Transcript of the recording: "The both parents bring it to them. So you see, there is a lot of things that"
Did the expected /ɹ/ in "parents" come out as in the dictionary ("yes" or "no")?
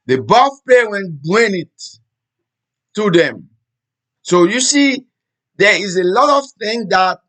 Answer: no